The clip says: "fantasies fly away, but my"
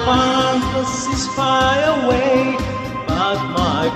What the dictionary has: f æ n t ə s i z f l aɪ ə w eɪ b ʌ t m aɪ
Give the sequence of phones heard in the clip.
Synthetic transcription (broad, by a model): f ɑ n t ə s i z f aɪ ə w eɪ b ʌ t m aɪ